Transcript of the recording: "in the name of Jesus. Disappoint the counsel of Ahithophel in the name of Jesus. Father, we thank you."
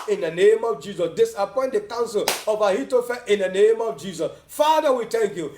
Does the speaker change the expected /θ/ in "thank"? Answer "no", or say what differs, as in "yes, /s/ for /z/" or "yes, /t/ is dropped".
yes, /t/ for /θ/